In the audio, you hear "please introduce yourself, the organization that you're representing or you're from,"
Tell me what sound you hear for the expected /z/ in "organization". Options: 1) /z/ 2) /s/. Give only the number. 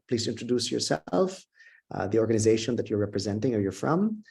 1